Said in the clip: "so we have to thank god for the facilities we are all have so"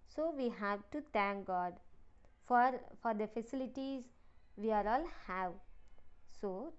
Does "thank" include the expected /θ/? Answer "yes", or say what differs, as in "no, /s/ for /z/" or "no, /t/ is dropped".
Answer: no, /t/ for /θ/